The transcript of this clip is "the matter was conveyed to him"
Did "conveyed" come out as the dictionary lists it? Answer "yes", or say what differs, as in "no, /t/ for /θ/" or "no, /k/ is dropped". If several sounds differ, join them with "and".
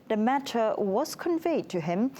yes